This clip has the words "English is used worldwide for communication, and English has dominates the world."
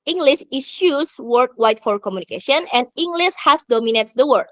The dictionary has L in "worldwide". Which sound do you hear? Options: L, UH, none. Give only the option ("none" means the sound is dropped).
none